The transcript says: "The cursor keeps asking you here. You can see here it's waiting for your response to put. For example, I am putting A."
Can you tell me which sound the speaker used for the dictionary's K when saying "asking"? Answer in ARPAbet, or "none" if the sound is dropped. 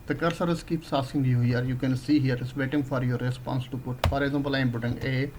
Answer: none